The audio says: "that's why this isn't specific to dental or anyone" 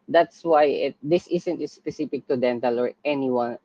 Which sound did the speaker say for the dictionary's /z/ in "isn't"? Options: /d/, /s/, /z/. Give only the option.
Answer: /s/